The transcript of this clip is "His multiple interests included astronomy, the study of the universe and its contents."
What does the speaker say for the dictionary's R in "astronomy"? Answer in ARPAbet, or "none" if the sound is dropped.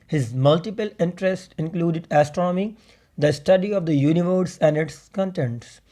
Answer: R